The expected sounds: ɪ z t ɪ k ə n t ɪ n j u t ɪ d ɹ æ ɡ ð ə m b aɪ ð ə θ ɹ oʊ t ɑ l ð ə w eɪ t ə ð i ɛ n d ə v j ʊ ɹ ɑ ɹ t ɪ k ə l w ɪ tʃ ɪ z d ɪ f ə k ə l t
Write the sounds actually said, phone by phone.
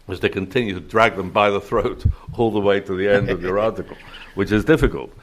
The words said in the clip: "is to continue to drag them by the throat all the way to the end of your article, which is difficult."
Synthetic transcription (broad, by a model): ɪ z t ɪ k ə n t ɪ n j u t ɪ d ɹ æ ɡ ð ə m b aɪ ð ə θ ɹ oʊ t ɑ l ð ə w eɪ t ə ð i ɛ n d ə v j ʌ ɹ ɑ ɹ t ɪ k ə l w ɪ tʃ ɪ z d ɪ f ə k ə l t